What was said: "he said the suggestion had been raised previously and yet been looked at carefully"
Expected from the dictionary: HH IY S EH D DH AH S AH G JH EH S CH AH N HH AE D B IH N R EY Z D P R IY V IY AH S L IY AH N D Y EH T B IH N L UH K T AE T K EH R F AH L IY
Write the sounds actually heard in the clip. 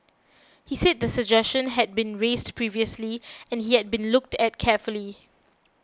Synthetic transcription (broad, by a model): HH IY S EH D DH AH S AH G JH EH S CH AH N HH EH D B IH N R EY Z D P R IY V IY AH S L IY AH N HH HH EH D B IH N L UH K T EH T K EH F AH L IY